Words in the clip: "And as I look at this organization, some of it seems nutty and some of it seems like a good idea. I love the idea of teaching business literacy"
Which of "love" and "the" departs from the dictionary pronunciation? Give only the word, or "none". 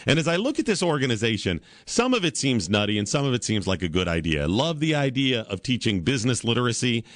none